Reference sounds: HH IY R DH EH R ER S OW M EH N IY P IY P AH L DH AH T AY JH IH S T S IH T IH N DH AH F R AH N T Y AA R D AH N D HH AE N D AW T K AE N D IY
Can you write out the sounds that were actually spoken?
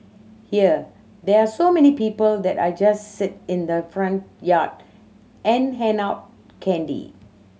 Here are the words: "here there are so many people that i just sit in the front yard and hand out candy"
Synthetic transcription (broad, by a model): HH IY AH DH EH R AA S OW M EH N IY P IY P AH L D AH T AY JH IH S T S IH T IH N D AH F R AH N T Y AA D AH N HH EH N AW T K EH N D IY